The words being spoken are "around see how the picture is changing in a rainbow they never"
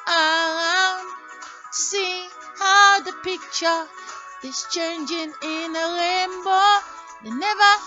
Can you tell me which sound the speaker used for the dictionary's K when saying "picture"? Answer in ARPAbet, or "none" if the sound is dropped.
K